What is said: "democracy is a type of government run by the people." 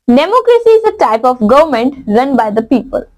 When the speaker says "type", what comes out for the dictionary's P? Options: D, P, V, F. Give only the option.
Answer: P